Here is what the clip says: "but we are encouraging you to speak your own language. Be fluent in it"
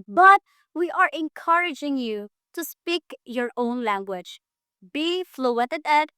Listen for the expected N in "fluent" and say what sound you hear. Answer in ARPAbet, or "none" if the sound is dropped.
none